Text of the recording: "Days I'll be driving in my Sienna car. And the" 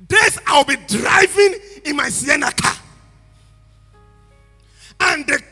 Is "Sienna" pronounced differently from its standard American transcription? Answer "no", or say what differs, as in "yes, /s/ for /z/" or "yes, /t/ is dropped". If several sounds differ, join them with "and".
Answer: no